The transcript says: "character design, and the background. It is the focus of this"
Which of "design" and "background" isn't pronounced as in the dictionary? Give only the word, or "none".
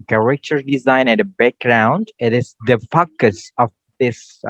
none